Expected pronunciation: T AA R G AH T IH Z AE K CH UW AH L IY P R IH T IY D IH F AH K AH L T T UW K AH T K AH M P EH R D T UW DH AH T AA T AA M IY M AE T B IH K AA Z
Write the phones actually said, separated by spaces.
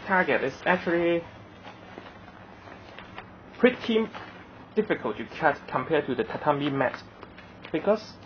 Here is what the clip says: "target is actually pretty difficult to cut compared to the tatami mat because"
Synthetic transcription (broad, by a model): T AA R G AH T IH S AE K CH UW AH L IY P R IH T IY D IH F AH K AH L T T UW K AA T K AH M P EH T UW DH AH T AA T AA M IY M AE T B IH K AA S